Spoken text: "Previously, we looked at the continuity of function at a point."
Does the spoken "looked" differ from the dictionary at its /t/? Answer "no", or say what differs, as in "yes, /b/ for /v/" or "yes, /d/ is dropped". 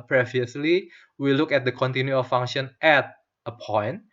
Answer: yes, /t/ is dropped